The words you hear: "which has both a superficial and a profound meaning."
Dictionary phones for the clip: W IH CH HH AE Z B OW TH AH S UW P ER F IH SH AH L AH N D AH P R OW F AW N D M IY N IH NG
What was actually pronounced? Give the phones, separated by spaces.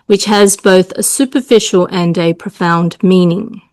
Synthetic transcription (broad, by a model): W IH CH HH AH Z B OW TH AH S UW P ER F IH SH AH L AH N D AH P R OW F AW N D M IY N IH NG